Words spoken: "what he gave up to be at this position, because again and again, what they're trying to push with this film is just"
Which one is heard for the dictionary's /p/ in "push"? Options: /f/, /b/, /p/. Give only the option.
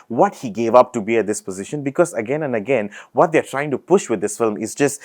/p/